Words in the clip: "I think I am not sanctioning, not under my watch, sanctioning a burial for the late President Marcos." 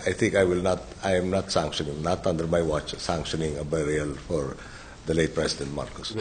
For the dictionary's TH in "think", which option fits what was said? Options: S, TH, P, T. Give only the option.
T